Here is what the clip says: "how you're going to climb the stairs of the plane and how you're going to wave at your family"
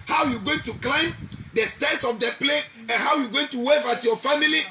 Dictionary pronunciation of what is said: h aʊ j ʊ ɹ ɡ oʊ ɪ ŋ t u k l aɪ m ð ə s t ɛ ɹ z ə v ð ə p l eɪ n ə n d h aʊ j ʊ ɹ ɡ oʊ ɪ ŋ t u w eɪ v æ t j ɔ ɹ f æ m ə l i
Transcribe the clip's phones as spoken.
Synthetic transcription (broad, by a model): h aʊ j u ɡ oʊ ɪ ŋ t u k l aɪ m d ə s t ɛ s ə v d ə p l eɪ ə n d h aʊ j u ɡ oʊ ɪ ŋ t u w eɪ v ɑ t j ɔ f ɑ m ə l i